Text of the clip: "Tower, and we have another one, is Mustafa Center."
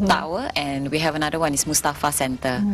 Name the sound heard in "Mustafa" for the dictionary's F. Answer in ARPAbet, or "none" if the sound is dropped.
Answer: F